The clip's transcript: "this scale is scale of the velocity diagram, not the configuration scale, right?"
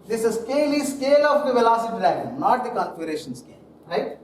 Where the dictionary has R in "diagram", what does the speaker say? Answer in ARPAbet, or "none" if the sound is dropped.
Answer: none